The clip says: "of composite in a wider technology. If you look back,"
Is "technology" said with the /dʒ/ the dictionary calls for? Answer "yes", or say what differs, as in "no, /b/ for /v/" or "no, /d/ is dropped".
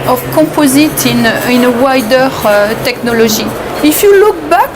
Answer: no, /ʒ/ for /dʒ/